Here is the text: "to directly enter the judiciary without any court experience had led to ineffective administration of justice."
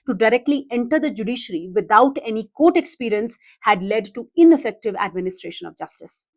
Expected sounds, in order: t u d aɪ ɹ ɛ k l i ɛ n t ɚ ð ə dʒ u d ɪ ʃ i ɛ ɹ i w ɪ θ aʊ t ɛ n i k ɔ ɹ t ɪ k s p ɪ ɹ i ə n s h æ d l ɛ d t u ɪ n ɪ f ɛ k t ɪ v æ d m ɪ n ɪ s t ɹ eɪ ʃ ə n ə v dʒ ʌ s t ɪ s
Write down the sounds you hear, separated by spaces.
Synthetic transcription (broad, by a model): t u d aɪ ɹ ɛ k l i ɛ n t ɚ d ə dʒ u d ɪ ʃ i ɹ i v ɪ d aʊ t ɛ n i k ɔ t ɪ k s p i ɹ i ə n s h æ d l ɛ d t u ɪ n ɪ f ɛ k t ɪ v æ d m ɪ n ɪ s t ɹ eɪ ʃ ə n ə v dʒ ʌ s t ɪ s